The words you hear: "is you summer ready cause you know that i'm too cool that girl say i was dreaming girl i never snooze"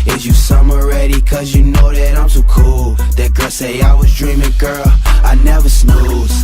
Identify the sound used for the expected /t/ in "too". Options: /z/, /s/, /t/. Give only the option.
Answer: /s/